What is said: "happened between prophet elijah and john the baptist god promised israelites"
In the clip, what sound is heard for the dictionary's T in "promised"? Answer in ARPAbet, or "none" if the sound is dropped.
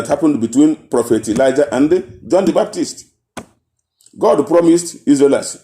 T